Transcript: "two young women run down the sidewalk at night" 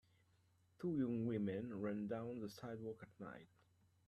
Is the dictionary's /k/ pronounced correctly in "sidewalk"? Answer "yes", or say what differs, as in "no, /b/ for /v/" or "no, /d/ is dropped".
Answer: yes